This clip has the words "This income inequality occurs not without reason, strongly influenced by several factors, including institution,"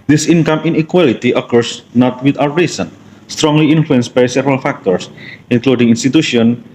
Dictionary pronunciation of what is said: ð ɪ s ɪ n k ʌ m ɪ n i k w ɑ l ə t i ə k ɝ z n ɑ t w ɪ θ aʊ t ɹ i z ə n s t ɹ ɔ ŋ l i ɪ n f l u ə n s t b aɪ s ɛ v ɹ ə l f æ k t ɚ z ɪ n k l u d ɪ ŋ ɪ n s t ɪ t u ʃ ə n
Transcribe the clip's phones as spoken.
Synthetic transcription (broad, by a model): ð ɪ s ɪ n k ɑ m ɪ n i k w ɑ l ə t i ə k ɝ s n ɑ t w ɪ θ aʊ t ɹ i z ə n s t ɹ ɔ ŋ l i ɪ n f l u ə n s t b aɪ s ɛ v ɹ ə l f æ k t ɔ s ɪ n k l u d ɪ ŋ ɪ n s t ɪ t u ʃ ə n